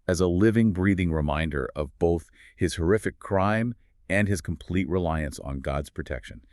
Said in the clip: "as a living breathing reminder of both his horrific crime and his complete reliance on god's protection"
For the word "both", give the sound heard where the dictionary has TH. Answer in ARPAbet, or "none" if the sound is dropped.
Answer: TH